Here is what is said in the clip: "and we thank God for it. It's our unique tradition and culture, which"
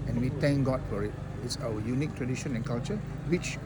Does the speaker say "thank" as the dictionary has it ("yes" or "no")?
no